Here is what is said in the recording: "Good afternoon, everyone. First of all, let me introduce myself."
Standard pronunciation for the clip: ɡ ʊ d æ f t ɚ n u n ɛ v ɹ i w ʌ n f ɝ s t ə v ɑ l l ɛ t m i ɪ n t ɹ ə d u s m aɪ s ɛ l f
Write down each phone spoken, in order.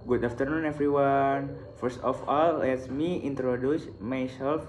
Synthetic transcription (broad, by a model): ɡ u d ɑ f t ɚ n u n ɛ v ɹ i w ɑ n f ɝ s t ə f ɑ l l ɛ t m i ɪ n t ɹ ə d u s m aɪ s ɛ l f